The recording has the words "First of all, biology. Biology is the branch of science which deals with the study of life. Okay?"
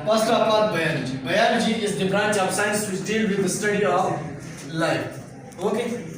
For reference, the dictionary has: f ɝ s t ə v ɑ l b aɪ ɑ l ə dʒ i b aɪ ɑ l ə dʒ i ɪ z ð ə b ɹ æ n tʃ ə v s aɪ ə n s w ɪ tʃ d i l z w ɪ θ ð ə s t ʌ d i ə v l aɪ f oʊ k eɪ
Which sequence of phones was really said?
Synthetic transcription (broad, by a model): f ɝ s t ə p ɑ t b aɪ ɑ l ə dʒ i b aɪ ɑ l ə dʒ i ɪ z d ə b ɹ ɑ n tʃ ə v s aɪ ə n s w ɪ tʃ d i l w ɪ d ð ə s t ʌ d i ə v l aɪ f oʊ k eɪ